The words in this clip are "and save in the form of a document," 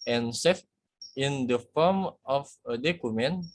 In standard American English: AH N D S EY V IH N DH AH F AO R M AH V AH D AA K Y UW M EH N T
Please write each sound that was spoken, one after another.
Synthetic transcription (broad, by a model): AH N S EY F IH N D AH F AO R M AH F AH D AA K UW M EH N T